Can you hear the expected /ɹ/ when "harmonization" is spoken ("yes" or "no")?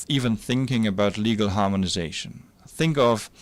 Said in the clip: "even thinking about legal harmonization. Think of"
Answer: yes